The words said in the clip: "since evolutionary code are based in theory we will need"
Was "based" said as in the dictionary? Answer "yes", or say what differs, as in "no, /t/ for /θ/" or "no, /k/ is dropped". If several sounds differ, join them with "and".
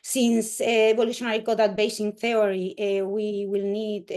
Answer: no, /t/ is dropped